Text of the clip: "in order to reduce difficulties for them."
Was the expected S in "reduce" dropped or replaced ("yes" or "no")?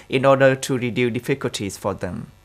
yes